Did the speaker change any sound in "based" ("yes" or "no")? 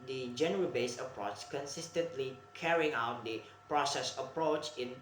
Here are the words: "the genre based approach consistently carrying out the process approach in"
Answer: yes